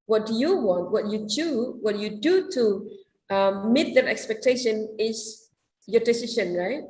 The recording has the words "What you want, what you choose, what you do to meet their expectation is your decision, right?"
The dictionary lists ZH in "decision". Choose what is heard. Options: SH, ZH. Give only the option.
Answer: SH